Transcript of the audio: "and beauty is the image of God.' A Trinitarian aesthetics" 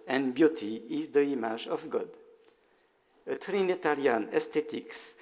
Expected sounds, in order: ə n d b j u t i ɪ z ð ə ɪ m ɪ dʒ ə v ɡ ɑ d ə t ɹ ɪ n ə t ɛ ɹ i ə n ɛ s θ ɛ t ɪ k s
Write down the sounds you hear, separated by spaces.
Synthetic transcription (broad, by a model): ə n b j u t i ɪ z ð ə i m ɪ ʒ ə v ɡ ɑ d ə t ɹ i n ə t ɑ l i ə n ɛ s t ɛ t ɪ k s